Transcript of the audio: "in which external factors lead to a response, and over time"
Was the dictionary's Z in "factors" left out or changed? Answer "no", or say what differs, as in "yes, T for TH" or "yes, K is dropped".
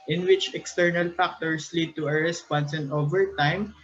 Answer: yes, S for Z